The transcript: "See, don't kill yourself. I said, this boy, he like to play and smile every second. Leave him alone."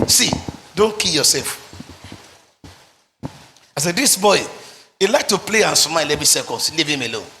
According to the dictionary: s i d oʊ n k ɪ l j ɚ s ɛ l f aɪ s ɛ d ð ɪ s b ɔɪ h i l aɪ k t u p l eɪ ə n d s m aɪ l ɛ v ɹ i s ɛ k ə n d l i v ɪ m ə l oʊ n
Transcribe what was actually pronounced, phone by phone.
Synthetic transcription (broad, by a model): s i d oʊ n k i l j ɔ s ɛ l f aɪ s ɛ d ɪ s b ɔɪ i l aɪ k t u p l eɪ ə n s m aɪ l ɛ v i s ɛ k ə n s l i v ɪ m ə l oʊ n